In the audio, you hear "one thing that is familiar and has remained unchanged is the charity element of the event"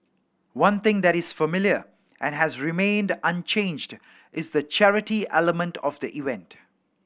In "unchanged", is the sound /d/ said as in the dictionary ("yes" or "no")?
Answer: yes